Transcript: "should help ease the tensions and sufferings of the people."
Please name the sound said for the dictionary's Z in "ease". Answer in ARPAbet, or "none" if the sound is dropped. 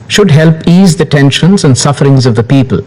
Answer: Z